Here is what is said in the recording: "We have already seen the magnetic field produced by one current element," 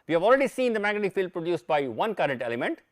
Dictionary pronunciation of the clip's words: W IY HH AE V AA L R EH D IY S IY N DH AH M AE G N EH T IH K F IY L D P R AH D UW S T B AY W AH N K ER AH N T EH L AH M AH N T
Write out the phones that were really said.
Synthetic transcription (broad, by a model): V IY HH AE V AA L R EH D IY S IY N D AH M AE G EH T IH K F IY L D P R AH D UW S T B AY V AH N K ER AH N T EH L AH M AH N T